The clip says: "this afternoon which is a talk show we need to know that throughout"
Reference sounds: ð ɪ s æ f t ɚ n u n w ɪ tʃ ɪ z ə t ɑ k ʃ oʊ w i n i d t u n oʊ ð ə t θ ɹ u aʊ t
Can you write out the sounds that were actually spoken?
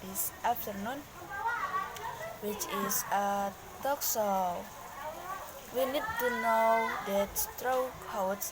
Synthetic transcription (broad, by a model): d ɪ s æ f t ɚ n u n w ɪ tʃ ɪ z ə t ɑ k s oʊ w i n i d t u n oʊ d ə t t ɹ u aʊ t